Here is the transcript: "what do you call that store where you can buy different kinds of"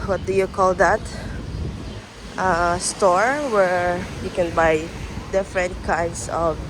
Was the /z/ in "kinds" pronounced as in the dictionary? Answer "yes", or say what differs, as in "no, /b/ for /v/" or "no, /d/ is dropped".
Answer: no, /s/ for /z/